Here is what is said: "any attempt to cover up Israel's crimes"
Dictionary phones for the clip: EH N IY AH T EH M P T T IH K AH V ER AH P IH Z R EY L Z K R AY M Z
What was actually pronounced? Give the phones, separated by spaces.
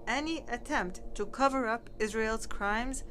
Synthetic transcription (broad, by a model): EH N IY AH T EH M P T T IH K AH V ER AH P IH Z R EY L Z K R AY M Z